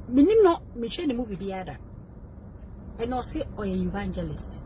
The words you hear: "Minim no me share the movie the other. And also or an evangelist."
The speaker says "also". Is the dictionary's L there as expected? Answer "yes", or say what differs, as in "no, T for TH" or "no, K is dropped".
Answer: no, L is dropped